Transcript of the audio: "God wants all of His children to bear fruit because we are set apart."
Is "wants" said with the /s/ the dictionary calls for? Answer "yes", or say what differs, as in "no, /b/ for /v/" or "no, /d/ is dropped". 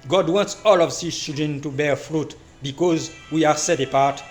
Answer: yes